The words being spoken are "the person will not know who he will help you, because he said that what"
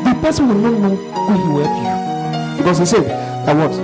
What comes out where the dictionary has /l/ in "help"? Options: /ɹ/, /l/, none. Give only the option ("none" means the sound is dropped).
none